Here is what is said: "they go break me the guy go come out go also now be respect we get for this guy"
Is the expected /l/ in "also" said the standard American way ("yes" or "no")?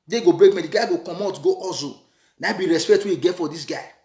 no